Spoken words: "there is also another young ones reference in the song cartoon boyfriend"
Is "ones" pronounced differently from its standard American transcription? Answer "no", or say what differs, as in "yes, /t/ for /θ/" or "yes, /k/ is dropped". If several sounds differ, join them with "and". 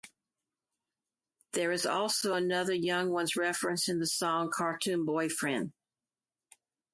no